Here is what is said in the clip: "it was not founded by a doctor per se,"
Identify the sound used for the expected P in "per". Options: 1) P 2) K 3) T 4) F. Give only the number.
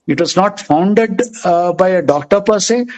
1